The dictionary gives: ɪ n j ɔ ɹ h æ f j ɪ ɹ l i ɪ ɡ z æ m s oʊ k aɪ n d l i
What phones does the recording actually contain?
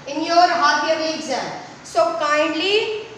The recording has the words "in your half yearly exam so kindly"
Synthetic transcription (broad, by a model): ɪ n j ɔ ɹ h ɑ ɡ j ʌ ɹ i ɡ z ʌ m s oʊ k aɪ n d l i